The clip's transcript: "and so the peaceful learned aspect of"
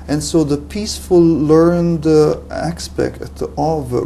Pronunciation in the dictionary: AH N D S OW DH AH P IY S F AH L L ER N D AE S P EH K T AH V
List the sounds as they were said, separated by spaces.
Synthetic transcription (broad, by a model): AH N S OW DH AH P IY S F AH L L ER N D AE S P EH K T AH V